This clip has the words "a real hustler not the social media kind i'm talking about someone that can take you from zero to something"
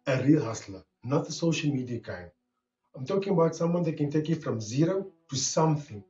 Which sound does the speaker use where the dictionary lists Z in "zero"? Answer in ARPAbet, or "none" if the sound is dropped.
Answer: Z